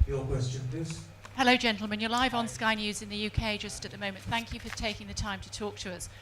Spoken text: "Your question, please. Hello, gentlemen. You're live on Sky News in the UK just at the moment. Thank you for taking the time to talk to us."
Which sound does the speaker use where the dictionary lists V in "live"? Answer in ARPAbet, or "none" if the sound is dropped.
V